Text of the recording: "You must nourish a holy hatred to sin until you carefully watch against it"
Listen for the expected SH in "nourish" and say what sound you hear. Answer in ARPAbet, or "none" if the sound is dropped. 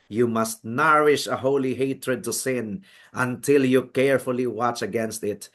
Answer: SH